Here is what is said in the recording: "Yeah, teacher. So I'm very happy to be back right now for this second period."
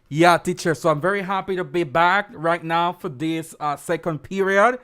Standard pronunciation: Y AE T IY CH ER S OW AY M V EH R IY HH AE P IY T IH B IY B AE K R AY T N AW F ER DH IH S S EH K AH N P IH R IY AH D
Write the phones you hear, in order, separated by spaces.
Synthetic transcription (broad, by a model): Y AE T IY CH ER S OW AY M V EH R IY HH AE P IY T IH B IY B AE K R AY T N AW F ER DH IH S S EH K AH N P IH R IY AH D